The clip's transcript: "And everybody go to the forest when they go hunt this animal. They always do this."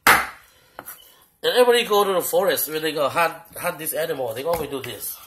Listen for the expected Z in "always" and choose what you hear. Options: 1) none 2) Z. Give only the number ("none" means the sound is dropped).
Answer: 1